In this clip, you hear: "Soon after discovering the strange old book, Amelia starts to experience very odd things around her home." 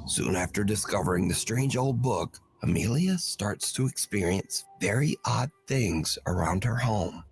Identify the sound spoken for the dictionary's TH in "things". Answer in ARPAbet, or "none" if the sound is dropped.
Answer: TH